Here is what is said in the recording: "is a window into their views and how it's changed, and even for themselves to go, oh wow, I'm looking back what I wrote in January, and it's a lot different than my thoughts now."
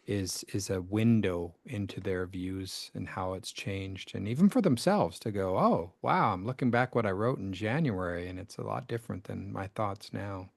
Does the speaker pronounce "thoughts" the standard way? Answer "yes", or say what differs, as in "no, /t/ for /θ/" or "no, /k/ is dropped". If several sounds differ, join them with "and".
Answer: yes